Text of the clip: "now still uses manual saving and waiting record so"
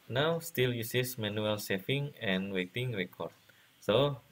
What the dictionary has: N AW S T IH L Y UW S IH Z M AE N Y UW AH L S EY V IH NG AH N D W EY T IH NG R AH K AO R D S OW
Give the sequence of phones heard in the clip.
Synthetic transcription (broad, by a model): N AW S T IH L Y UW S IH S M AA N UW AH L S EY F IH NG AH N W EY T IH NG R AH K AO R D S OW